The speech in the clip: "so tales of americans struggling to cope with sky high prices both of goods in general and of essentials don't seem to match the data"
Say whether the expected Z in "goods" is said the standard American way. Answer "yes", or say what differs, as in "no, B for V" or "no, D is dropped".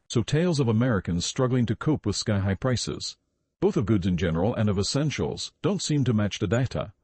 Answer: yes